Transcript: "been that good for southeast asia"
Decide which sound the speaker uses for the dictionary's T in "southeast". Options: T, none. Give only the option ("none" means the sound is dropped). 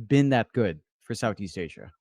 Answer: T